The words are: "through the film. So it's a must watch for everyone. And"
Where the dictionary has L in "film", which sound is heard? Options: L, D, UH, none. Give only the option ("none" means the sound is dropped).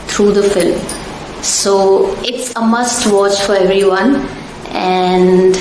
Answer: L